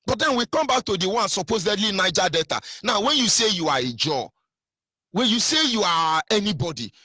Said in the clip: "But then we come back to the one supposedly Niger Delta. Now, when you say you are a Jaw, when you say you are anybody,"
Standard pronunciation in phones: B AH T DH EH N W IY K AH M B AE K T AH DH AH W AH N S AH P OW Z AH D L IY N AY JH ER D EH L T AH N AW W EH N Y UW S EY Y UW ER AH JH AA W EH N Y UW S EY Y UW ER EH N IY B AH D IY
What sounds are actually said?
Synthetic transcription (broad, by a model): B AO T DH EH N W IY K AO M B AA K T AH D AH W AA N S AH P OW Z AH D L IY N AY JH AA D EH T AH N AW W EH N Y UW S EY Y UW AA AH JH AA W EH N Y UW S EY Y UW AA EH N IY B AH D IY